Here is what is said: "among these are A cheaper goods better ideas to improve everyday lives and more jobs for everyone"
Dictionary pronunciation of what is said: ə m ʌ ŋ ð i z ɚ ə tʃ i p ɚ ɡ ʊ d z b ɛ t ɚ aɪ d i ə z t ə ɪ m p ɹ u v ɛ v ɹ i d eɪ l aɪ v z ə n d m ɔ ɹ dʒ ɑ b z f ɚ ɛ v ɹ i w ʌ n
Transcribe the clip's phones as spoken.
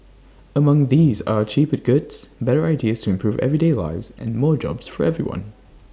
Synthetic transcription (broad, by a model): ə m ʌ ŋ ð i z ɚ ə tʃ i p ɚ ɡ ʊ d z b ɛ t ɚ aɪ d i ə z t ə ɪ m p ɹ u v ɛ v ɹ i d eɪ l aɪ v z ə n m ɔ ɹ dʒ ɑ b z f ɚ ɛ v ɹ i w ʌ n